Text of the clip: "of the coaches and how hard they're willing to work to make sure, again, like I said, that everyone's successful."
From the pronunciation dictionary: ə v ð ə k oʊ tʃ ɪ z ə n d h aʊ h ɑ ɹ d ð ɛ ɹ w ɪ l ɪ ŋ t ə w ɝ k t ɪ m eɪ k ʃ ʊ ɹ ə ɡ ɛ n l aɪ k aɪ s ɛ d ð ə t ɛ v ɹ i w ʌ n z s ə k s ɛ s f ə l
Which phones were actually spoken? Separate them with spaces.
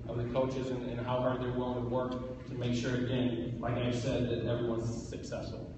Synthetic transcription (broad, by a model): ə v ð ə k oʊ tʃ ɪ z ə n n h aʊ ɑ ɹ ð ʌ ɹ w ɪ l ɪ ŋ t ə w ɝ k t ɪ m eɪ k ʃ ʊ ɹ ə ɡ ɛ n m aɪ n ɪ s ɛ d ð ə t ɛ v ɹ i w ʌ n z s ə k s ɛ s f l